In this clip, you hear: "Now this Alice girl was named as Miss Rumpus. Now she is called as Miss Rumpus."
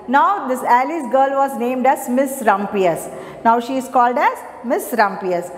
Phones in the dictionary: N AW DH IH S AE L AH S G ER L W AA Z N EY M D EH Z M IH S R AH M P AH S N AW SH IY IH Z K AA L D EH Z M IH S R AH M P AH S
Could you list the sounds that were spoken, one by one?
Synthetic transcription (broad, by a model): N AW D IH S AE L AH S G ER L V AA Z N EY M D EH Z M IH S R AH M P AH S N AW SH IY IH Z K AA L D EH Z M IH S R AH M P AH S